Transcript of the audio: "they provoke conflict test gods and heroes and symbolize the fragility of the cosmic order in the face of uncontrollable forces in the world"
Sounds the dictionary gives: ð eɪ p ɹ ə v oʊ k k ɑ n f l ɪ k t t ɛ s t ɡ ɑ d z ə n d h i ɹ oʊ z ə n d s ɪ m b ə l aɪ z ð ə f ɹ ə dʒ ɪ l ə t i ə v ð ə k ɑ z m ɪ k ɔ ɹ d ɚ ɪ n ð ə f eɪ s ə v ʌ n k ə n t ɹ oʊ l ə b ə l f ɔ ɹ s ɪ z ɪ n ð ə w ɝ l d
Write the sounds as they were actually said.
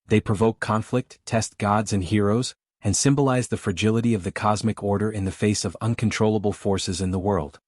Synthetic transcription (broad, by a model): ð eɪ p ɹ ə v oʊ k k ɑ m f l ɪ k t t ɛ s t ɡ ɑ d z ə n h i ɹ oʊ z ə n s ɪ m b ə l aɪ z ð ə f ɹ ə dʒ ɪ l ə t i ə v ð ə k ɑ z m ɪ k ɔ ɹ d ɚ ɪ n ð ə f eɪ s ə v ʌ n k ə n t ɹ oʊ l ə b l f ɔ ɹ s ɪ z ɪ n ð ə w ɝ l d